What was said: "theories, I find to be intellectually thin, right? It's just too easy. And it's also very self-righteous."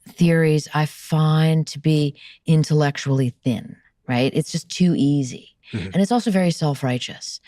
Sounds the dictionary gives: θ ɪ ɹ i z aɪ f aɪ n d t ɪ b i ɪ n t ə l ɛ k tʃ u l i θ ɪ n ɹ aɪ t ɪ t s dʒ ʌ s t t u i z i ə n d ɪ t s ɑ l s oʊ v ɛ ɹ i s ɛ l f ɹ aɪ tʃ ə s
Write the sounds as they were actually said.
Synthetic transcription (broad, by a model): θ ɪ ɹ i z aɪ f aɪ n t ɪ b i ɪ n t ə l ɛ k tʃ u l i θ ɪ n ɹ aɪ t ɪ t s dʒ ʌ s t t i z i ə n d ɪ t s ɑ l s oʊ v ɛ ɹ i s ɛ l f ɹ aɪ tʃ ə s